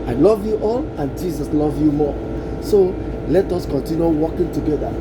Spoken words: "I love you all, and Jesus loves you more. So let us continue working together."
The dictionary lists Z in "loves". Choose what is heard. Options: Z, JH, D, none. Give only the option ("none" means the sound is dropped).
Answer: none